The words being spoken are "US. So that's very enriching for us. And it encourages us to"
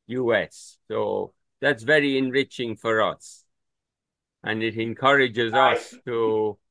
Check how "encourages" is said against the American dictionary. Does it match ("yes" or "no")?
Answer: yes